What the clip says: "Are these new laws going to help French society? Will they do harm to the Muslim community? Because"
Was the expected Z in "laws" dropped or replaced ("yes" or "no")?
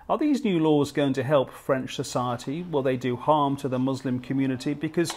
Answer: no